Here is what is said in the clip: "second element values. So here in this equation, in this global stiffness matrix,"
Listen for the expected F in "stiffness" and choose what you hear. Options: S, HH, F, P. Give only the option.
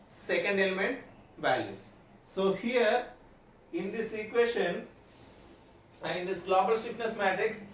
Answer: P